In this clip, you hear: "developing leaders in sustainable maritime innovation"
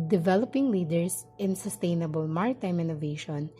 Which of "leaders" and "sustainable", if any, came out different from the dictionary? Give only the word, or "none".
leaders